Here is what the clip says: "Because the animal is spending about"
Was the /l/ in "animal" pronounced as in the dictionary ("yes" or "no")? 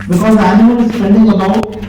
no